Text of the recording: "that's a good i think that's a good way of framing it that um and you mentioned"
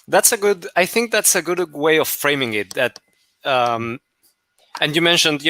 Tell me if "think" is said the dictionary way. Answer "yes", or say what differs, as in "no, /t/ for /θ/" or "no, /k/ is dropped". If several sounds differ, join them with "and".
yes